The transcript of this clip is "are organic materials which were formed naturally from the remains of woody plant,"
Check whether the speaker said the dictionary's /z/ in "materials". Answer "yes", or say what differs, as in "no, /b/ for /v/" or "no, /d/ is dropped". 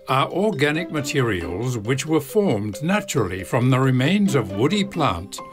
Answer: yes